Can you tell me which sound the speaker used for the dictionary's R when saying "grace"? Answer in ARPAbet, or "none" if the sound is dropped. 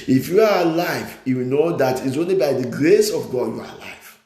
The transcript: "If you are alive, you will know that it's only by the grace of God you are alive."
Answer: R